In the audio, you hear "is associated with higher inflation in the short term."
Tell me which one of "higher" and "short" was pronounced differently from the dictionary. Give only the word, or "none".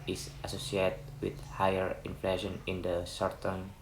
short